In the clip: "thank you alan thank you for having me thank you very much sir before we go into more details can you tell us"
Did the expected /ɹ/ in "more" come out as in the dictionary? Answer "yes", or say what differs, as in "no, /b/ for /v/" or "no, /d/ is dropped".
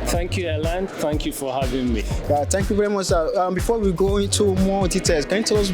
no, /w/ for /ɹ/